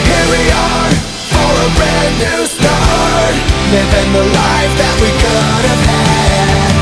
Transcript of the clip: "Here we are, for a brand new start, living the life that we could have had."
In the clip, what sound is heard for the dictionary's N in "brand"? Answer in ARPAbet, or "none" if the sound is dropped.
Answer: none